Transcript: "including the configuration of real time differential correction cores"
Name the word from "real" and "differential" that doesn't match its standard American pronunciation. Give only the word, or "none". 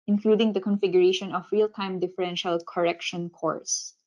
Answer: none